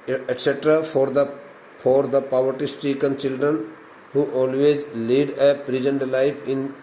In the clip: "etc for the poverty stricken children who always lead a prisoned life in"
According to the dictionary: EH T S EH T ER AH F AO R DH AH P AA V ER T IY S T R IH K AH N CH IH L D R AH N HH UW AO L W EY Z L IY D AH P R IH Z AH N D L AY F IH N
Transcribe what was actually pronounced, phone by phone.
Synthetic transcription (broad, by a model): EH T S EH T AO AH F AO R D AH P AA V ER T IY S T IY K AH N CH IH L D R AH N HH UW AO L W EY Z L IY D AH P R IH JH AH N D L AY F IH N